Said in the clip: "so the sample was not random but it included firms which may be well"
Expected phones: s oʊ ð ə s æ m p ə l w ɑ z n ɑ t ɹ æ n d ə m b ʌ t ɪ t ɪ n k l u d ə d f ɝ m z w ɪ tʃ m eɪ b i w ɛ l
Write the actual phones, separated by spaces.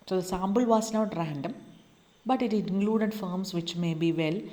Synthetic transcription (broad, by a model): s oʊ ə s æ m b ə l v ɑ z n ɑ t ɹ æ n d ə m b ʌ t ɪ t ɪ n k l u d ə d f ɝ m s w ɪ tʃ m eɪ b i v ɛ l